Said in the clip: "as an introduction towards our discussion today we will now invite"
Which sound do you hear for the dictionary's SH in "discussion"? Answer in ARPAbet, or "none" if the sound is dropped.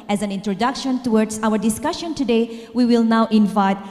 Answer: SH